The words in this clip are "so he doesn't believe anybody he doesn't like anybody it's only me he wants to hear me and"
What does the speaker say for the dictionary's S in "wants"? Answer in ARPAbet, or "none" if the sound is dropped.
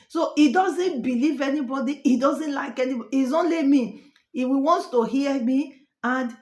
none